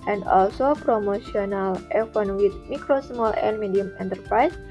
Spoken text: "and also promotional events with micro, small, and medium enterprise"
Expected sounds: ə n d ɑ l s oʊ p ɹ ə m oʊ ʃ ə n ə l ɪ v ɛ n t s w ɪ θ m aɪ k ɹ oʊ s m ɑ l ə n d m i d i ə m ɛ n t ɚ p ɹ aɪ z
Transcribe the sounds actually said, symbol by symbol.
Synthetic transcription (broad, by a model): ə n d ɑ l s oʊ p ɹ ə m oʊ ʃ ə n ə l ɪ f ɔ n w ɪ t m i k ɹ oʊ s m ɑ l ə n m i d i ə m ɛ n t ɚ p ɹ aɪ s